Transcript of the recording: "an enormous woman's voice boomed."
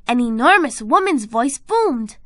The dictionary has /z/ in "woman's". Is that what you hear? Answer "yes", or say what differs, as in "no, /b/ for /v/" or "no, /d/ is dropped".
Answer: yes